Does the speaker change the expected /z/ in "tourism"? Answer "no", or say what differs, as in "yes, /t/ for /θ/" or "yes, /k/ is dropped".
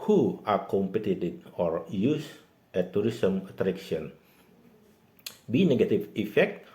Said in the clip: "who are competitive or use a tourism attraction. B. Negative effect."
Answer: yes, /s/ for /z/